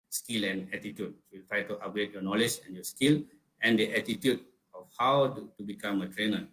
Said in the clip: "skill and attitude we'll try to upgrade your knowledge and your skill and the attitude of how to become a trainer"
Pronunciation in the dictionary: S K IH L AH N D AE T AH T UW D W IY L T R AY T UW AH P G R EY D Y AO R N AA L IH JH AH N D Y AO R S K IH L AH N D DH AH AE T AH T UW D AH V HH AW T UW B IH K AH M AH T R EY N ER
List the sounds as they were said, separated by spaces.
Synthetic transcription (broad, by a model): S K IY L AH N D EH T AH T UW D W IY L T R AY T UW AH G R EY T Y AO N AA L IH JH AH N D Y AO S K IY L AH N D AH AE T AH T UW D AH F HH AW T UW B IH K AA M AH T R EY N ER